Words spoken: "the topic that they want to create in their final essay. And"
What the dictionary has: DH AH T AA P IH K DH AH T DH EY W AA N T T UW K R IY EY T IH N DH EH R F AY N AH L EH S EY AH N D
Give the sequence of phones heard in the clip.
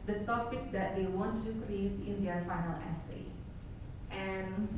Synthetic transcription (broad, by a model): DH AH T AA P IH K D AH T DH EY W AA N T T UW K R IY EY T IH N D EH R F AY N AH L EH S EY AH N